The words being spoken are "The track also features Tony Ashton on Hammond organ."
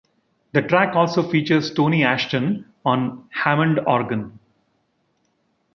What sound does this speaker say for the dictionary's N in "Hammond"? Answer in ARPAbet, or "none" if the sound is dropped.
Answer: N